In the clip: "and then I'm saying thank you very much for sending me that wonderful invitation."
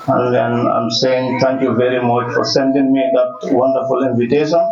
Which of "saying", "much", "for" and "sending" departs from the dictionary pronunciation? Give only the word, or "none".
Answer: none